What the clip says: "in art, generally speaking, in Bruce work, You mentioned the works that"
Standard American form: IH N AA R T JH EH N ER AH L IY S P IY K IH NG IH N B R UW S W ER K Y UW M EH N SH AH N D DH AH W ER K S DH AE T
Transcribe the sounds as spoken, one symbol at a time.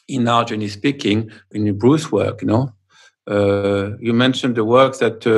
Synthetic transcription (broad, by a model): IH N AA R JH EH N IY S P IY K IH NG IH N B R UW S W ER K Y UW M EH N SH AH N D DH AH W ER K S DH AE T